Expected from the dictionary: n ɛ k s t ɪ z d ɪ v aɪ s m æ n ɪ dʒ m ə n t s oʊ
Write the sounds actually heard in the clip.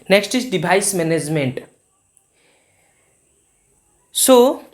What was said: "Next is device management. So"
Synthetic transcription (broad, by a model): n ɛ k s t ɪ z d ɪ b aɪ s m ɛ n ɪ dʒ m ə n t s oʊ